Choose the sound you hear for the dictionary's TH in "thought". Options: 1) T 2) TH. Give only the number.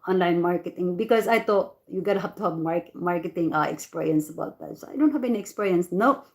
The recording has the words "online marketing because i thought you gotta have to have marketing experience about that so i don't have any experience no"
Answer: 1